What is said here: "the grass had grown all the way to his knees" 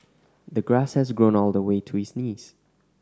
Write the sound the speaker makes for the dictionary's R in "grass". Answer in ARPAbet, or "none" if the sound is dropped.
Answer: R